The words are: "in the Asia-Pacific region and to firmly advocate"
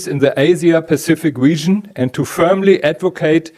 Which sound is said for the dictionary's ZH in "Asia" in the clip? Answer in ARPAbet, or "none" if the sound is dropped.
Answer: Z